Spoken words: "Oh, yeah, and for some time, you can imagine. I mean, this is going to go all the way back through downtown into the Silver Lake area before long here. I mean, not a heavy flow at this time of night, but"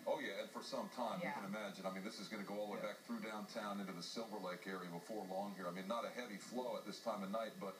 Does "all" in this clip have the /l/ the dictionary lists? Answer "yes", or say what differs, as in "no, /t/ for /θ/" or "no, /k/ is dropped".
yes